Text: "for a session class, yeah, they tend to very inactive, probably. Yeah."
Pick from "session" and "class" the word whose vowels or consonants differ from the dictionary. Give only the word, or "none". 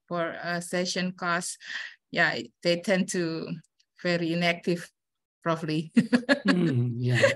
class